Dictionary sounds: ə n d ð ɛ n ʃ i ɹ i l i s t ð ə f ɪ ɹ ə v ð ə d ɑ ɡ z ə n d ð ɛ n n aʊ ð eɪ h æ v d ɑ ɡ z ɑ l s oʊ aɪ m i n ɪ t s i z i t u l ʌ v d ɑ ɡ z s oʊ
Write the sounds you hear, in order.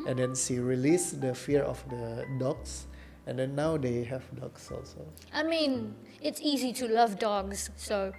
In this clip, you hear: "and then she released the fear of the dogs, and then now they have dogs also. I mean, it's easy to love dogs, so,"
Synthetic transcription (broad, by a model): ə n d ɛ n s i ɹ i l i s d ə f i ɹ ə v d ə d ɑ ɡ s ə n d ɛ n n aʊ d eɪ h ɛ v d ɑ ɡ s ɑ l s oʊ aɪ m i n ɪ t s i z i t u l ʌ v d ɑ ɡ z s oʊ